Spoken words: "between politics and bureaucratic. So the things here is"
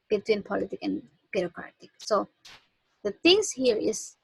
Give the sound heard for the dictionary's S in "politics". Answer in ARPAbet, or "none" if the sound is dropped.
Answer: none